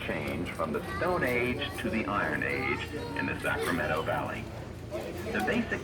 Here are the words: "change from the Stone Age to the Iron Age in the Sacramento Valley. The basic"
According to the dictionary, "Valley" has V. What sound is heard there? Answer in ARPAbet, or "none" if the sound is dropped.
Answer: V